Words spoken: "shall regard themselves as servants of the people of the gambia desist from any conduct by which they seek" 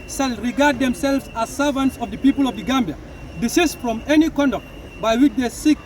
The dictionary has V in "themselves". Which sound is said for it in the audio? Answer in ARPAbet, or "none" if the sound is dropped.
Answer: V